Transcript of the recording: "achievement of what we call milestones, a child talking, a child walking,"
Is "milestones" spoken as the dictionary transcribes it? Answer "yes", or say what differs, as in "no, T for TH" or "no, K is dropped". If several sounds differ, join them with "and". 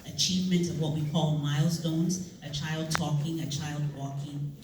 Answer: yes